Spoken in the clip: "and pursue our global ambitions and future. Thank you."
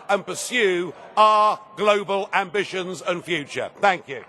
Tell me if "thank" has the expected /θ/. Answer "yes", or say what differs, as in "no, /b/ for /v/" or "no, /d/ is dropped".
yes